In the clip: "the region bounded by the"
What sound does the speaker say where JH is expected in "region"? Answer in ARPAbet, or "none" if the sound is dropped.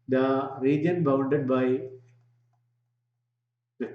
JH